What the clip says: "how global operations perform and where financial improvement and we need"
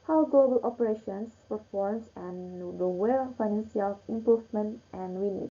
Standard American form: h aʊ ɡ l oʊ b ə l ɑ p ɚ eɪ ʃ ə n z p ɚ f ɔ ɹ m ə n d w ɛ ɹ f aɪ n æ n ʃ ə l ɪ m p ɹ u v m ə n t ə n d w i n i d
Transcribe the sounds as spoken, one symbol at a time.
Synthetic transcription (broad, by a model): h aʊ ɡ l oʊ b ə l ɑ p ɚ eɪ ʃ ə n s p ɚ f ɔ ɹ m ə n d w ɛ ɹ f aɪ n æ n s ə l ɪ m p ɹ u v m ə n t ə n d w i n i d